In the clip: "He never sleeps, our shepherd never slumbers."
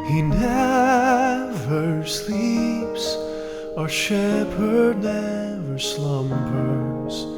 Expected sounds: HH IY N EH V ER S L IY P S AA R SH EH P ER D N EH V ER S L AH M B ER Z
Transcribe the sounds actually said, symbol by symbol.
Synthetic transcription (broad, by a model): HH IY N EH V ER S L IY P S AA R SH EH P ER D N EH V ER S L AH M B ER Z